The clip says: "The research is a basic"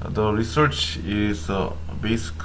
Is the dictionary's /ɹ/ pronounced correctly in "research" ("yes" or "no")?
yes